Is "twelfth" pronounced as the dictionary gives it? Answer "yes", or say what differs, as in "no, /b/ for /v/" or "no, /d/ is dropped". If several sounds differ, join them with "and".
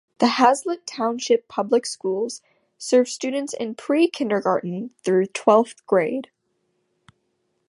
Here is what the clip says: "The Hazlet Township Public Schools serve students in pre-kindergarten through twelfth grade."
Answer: yes